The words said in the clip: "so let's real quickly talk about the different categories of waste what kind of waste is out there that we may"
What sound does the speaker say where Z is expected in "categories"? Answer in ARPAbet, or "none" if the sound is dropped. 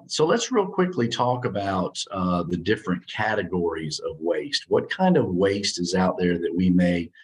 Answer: Z